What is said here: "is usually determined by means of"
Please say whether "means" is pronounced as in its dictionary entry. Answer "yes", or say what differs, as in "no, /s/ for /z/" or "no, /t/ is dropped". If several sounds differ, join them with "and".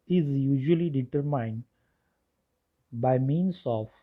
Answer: no, /s/ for /z/